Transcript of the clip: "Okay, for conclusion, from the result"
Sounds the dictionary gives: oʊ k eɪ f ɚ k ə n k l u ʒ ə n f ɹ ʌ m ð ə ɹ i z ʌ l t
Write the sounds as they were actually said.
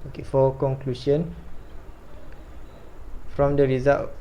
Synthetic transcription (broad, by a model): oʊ k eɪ f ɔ k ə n k l u ʃ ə n f ɹ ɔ m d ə ɹ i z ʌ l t